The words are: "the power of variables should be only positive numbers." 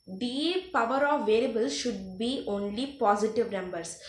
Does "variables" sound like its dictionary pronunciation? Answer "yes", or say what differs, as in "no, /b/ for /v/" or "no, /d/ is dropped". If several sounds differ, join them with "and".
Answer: no, /l/ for /ɹ/